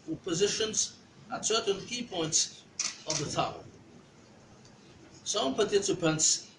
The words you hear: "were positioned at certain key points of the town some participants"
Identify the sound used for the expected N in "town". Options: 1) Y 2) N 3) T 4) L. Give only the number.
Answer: 4